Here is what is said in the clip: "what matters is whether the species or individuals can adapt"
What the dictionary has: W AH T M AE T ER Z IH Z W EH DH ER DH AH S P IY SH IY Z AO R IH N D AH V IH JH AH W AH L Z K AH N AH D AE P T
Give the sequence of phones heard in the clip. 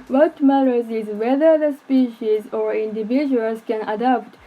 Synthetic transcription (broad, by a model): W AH T M AE T ER Z IH Z W EH DH ER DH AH S P IY SH IY Z AO R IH N D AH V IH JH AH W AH L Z K AH N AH D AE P T